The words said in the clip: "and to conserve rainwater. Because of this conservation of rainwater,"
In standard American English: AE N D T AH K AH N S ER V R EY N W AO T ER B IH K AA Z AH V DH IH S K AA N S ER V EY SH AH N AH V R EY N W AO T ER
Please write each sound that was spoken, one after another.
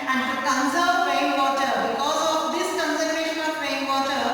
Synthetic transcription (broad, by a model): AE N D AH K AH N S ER P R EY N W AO T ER B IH K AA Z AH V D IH S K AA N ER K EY SH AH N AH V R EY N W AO T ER